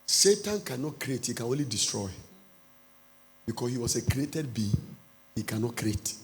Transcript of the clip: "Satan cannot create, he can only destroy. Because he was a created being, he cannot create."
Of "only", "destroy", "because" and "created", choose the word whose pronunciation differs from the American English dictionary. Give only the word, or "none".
because